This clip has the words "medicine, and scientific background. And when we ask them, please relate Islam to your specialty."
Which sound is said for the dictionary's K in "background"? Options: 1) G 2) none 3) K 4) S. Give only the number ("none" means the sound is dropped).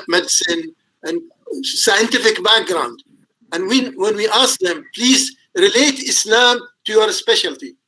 3